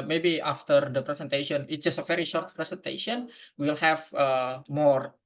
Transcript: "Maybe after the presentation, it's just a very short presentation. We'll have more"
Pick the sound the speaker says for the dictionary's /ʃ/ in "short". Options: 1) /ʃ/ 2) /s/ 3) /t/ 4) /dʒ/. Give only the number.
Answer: 1